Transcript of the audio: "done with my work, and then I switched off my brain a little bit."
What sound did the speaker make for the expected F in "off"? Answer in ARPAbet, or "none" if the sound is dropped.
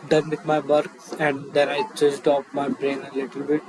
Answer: P